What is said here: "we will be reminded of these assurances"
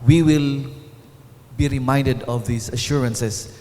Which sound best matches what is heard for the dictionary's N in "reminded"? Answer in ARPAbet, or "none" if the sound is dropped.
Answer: N